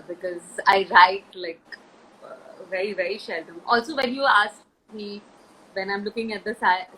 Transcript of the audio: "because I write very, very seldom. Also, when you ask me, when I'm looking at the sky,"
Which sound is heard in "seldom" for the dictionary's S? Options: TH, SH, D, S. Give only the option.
SH